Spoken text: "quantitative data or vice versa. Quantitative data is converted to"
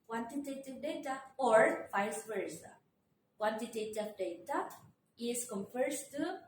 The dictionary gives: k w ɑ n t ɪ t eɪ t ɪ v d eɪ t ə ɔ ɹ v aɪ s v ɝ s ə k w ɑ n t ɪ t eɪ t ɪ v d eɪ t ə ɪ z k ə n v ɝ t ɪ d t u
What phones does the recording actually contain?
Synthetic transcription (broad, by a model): k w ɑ n t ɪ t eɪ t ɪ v d eɪ t ə ɔ ɹ f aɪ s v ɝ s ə k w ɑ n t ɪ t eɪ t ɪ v d eɪ t ə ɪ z k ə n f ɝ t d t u